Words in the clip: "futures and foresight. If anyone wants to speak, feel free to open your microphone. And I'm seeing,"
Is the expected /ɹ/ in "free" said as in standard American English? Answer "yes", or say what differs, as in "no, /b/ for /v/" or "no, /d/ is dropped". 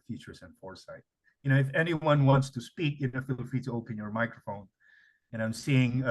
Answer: no, /ɹ/ is dropped